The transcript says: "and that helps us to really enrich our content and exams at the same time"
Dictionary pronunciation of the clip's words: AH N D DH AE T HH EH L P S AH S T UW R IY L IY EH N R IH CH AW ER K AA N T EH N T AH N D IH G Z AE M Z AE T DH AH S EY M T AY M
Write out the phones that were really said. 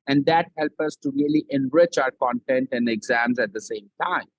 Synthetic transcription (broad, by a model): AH N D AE T HH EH L P AH S T UW R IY L IY EH N R IH CH AW ER K AA N T EH N T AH N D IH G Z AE M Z AE T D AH S EY M T AY M